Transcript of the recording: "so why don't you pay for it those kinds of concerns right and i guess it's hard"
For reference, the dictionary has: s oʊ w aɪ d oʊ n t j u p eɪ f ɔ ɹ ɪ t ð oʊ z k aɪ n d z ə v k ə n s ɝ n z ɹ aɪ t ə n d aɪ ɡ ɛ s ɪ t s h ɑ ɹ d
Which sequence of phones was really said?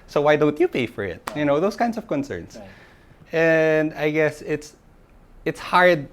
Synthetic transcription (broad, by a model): s oʊ w aɪ d oʊ n t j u p eɪ f ɔ ɹ ɪ t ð oʊ s k aɪ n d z ə v k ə n s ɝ n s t ə n d aɪ ɡ ɛ s ɪ t s h ɑ ɹ d